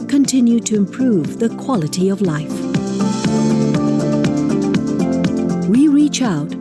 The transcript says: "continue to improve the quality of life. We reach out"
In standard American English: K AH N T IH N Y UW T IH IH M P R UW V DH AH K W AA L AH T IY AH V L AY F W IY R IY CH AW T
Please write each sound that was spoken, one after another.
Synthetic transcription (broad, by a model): K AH N T IH N Y UW T IH IH M P R UW V DH AH K W AA L AH T IY AH V L AY F W IY R IY CH AW T